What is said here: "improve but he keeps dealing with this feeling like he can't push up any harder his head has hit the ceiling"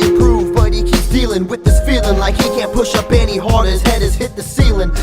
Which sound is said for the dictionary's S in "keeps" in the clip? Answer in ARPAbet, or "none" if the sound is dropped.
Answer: none